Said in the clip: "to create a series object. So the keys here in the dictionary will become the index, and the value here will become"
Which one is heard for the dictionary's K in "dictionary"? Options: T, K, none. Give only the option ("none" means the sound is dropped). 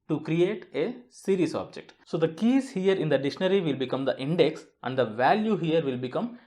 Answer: none